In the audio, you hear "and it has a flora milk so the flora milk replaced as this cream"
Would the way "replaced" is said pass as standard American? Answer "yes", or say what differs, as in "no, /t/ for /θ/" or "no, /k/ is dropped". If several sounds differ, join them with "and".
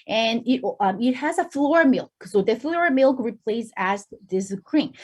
no, /t/ is dropped